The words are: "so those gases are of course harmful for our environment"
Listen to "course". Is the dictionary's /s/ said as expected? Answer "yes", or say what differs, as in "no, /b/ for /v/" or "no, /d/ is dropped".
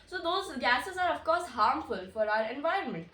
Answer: yes